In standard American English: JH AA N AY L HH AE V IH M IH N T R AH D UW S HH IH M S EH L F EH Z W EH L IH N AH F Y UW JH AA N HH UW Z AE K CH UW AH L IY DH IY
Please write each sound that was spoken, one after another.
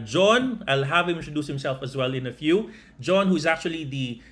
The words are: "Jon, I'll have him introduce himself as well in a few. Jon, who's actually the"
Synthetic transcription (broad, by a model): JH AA N AY L HH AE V IH M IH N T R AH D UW S HH IH M S EH L F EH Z W EH L IH N AH F Y UW JH AA N HH UW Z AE K CH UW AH L IY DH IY